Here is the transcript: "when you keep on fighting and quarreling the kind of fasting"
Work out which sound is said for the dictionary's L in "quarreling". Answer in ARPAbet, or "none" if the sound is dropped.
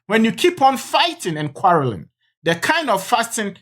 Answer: L